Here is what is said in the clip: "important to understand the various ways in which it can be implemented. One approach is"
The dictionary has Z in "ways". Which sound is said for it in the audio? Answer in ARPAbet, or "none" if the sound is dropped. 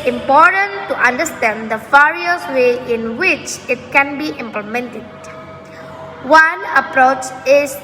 none